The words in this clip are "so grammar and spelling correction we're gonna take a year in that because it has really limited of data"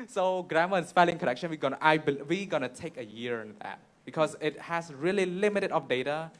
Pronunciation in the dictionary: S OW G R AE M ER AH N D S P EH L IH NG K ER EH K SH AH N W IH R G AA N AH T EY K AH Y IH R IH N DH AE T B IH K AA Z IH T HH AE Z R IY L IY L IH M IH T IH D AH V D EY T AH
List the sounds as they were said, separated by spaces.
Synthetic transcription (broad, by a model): S OW G R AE M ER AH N S P EH L IH NG K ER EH K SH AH N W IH W G AA N AH T EY K AH Y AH R IH N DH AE T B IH K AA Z IH T HH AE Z R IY L IY L IH M IH T IH D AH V D EY T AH